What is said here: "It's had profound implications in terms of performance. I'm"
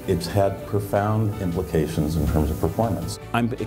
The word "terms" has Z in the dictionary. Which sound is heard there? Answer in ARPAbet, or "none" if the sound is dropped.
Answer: Z